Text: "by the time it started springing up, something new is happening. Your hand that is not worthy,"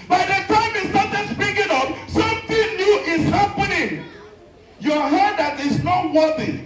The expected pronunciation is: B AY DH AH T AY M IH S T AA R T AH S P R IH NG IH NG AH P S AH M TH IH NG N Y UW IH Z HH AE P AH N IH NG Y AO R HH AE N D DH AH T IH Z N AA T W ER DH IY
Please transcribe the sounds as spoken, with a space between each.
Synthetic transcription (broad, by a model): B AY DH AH T AY M IH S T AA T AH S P IH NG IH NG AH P S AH M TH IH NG N Y UW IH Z HH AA P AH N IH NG Y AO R HH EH D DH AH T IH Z N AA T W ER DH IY